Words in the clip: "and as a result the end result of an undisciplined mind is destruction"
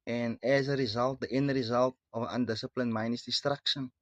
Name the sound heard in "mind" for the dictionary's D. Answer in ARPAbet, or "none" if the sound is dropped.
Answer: none